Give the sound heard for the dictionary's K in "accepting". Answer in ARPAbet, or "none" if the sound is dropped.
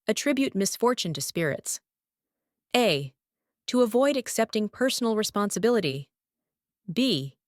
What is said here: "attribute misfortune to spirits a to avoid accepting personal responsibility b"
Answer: K